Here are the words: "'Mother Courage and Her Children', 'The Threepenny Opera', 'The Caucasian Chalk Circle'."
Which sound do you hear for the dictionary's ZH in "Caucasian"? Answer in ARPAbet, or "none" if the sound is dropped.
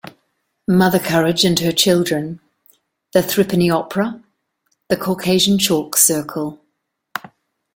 ZH